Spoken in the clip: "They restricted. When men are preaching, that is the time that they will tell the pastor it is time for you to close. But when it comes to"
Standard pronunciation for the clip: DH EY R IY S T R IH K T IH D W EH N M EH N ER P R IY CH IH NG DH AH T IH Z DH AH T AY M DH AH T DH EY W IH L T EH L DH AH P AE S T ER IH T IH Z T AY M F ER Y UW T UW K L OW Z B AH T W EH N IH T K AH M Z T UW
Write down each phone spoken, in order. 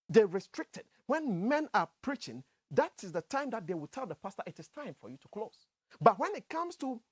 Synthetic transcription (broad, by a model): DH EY R IY S T R IH K T IH D W EH N M EH N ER P R IY CH IH NG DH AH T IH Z DH AH T AY M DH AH T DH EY W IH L T EH L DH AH P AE S T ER IH T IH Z T AY M F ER Y UW T UW K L OW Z B AH T W EH N IH T K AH M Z T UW